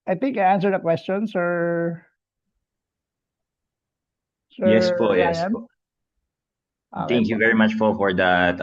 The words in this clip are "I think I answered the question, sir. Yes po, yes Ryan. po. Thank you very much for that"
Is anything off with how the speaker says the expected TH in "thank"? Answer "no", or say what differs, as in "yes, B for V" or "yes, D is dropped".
yes, S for TH